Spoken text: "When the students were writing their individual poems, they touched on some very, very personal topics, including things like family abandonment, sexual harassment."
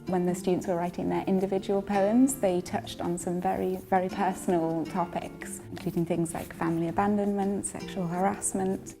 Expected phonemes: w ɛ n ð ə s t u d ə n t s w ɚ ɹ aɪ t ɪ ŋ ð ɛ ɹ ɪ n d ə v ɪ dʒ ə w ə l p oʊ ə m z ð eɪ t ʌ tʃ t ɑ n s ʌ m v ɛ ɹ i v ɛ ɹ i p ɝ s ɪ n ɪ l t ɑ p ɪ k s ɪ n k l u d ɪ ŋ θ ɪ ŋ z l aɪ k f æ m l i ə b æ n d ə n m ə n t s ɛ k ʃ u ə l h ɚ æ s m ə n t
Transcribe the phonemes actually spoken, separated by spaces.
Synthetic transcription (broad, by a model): w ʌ n ð ə s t u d n t s w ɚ ɹ aɪ t ɪ ŋ ð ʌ ɹ ɪ n d ə v ɪ dʒ ə w ə l p oʊ ə m z ð eɪ t ʌ tʃ t n s ʌ m v ɛ ɹ i v ɛ ɹ i p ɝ s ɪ n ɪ l t ɑ p ɪ k s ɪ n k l u d ɪ ŋ θ ɪ ŋ z l aɪ k f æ m l i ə b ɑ n d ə n m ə n t s ɛ k ʃ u ə l h ɚ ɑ s m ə n t